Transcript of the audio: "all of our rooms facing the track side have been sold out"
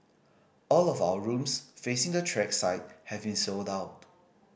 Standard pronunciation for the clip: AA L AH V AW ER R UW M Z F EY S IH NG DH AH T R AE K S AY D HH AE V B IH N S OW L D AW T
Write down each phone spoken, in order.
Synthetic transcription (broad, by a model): AA L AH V AW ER R UW M S F EY S IH NG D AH T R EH K S AY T HH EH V B IH N S OW L D AW T